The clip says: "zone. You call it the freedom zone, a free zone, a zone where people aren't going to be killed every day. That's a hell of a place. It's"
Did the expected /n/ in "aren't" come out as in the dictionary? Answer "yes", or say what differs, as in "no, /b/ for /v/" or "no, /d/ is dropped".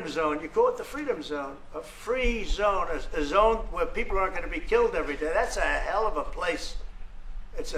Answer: no, /n/ is dropped